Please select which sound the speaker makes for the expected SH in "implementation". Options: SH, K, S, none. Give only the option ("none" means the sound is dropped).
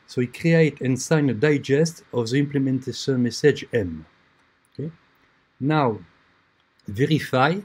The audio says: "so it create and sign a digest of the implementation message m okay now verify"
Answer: S